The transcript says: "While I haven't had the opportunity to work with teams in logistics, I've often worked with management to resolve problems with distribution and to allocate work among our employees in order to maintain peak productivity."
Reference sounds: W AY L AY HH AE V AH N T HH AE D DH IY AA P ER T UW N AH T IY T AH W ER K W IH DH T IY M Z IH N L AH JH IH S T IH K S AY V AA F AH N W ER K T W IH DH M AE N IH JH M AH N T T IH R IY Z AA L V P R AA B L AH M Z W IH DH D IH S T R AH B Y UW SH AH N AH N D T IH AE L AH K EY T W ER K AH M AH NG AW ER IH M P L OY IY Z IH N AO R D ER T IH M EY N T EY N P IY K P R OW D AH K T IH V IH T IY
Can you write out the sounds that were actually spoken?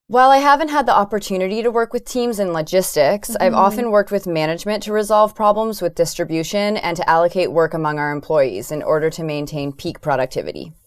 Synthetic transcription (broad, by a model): W AY L AY HH AE V AH N T HH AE D DH IY AA P ER T UW N AH T IY T AH W ER K W IH DH T IY M Z IH N L AH JH IH S T IH K S AY V AA F AH N W ER K T W IH DH M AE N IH JH M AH N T T IH R IY Z AA L V P R AA B L AH M Z W IH DH D IH S T R AH B Y UW SH AH N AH N T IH AE L AH K EY T W ER K AH M AH NG AW ER IH M P L OY IY Z IH N AO R D ER T IH M EY N T EY N P IY K P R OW D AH K T IH V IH T IY